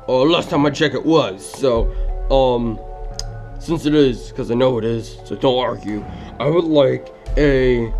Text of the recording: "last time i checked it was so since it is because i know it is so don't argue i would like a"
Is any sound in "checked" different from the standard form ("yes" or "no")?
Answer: yes